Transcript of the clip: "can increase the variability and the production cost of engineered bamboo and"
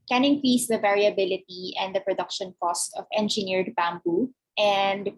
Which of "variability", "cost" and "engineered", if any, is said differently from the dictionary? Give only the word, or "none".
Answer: none